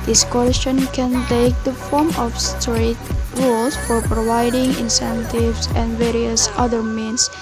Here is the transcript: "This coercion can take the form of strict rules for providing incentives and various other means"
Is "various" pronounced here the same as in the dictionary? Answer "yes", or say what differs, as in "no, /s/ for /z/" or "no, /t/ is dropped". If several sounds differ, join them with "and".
yes